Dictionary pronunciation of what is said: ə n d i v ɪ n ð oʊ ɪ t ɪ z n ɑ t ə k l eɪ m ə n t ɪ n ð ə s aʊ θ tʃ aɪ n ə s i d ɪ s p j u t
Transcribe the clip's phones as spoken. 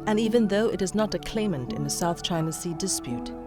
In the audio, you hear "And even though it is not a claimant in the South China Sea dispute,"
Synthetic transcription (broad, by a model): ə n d i v ɪ n ð oʊ ɪ t ɪ z n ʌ t ə k l eɪ m ə n t ɪ n ð ə s aʊ θ tʃ aɪ n ə s i d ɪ s p j u t